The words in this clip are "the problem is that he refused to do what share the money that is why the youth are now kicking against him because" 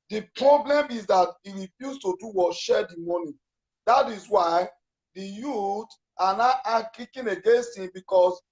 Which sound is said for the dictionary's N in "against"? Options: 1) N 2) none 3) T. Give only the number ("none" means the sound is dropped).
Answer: 1